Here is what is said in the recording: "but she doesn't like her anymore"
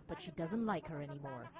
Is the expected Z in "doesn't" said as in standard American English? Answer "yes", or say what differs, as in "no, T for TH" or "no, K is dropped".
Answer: yes